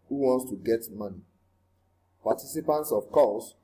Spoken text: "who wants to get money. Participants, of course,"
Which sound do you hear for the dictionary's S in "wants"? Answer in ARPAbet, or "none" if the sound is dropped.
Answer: S